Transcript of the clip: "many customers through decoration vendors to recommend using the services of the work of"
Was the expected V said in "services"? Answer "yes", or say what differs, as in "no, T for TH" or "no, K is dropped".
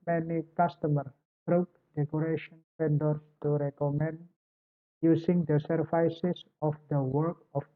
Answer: no, F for V